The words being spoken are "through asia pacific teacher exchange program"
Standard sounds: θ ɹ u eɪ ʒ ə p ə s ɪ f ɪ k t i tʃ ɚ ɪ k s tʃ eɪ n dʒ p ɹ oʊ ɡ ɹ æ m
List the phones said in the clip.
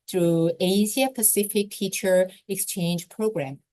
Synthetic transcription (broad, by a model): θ ɹ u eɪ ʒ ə p ə s ɪ f ɪ k t i tʃ ɚ ɪ k s tʃ eɪ n dʒ p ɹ oʊ ɡ ɹ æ m